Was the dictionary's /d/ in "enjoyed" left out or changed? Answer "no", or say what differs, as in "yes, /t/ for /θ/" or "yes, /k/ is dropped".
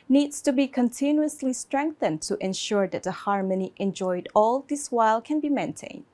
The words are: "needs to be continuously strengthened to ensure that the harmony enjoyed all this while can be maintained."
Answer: no